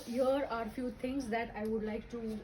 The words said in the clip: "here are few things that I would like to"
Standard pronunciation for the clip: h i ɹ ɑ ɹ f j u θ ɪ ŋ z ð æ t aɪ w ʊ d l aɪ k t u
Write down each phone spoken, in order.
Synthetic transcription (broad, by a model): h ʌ ɹ ɑ ɹ f j u t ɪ ŋ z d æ t aɪ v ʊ d l aɪ k t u